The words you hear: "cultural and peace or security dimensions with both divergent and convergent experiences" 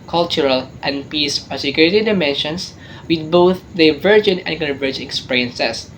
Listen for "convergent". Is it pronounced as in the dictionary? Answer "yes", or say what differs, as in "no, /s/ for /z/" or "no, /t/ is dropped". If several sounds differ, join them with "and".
no, /t/ is dropped